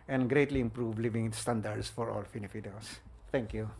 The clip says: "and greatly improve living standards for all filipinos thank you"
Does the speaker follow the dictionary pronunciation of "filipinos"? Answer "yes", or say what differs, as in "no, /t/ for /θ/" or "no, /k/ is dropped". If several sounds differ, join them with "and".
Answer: no, /n/ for /l/ and /f/ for /p/